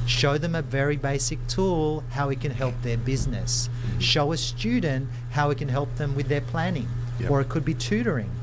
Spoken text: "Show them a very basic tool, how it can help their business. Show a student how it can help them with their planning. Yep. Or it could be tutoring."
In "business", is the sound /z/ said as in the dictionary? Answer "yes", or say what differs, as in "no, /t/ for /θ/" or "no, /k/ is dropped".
yes